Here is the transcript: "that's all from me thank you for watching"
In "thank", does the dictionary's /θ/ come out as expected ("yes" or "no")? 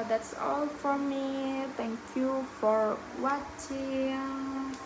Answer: no